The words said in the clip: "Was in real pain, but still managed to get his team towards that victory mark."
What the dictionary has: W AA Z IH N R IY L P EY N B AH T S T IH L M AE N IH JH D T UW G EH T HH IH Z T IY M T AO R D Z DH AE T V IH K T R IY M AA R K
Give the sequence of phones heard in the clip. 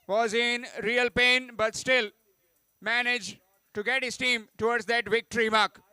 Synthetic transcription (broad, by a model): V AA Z IH N R IY L P EY N B AH T S T IH L M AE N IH JH T UW G EH T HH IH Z T IY M T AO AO D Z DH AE T V IH K T R IY M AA R K